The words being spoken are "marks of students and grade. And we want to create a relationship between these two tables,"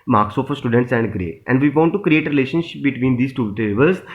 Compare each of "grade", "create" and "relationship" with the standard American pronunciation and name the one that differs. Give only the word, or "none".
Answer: grade